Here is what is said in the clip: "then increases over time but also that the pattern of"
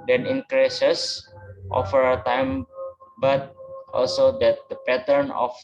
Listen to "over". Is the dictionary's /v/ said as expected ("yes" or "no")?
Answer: no